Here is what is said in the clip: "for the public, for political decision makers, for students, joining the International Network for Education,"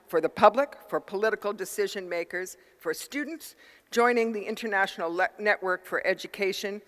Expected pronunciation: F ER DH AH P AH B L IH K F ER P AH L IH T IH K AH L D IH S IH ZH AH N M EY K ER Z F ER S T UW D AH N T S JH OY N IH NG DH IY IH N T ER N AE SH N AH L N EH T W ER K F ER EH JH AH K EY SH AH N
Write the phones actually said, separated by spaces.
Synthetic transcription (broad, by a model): F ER DH AH P AH B L IH K F ER P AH L IH T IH K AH L D IH S IH ZH AH N M EY K ER Z F ER S T UW D N T S JH OY N IH NG DH IY IH N T ER N AE SH N L N EH T W ER K F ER EH JH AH K EY SH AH N